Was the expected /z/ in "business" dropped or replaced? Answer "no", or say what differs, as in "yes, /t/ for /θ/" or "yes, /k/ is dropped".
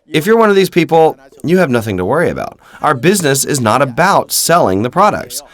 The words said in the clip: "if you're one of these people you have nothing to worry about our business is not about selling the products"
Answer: no